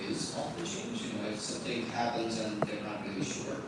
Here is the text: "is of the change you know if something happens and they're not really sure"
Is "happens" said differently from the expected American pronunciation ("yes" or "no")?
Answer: no